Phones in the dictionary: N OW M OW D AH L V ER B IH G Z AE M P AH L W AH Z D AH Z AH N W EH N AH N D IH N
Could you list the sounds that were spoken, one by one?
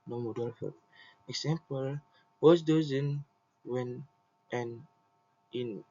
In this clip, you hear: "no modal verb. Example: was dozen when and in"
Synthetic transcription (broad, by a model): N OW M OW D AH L F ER IH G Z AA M P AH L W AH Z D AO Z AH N W EH N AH N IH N